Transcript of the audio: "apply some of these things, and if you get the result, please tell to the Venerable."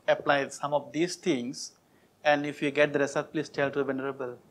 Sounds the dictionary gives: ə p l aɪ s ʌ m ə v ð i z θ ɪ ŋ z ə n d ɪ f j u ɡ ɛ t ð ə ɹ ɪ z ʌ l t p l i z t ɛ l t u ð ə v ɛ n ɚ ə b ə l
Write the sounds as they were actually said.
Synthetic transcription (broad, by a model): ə p l aɪ s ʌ m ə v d i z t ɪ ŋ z ə n d ɪ f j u ɡ ɛ t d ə ɹ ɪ s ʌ t p l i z t ɛ l t u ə v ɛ n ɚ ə b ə l